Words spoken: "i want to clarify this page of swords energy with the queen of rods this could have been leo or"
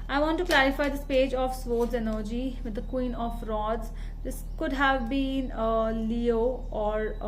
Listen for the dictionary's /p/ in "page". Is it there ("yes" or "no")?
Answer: yes